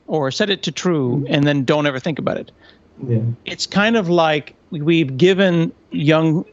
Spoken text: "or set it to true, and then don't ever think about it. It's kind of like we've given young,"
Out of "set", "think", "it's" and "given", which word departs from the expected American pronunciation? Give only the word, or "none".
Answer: none